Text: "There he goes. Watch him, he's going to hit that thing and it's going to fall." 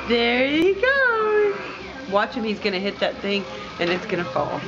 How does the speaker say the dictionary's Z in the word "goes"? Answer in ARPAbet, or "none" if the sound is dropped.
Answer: none